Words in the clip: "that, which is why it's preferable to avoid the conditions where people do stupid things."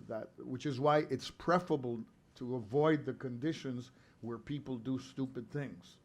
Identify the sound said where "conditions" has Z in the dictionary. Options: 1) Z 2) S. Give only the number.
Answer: 1